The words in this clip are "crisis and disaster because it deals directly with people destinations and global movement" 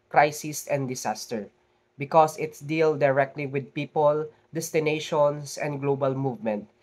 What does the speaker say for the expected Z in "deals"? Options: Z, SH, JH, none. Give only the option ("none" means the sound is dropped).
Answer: none